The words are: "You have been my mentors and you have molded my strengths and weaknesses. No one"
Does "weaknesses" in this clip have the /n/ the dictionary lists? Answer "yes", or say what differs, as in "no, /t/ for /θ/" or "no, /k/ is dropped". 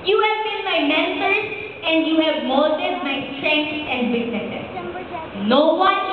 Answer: no, /n/ is dropped